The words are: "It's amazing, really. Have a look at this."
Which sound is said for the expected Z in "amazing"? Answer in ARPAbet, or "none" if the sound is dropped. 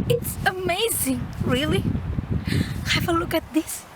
Z